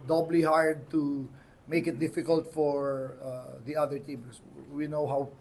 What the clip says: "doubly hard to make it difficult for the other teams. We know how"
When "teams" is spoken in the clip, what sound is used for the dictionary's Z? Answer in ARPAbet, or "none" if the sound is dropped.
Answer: S